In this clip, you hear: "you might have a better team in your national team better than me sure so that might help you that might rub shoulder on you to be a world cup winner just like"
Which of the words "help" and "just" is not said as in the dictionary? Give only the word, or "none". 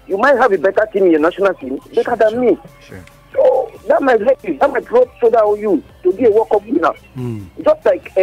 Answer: help